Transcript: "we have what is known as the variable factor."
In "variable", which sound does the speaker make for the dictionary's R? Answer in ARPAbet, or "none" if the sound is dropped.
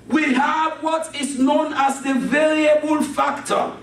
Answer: R